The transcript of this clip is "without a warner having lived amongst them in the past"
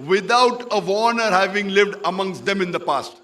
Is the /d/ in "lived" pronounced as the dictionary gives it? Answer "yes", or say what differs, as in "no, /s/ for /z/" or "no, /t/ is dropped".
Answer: yes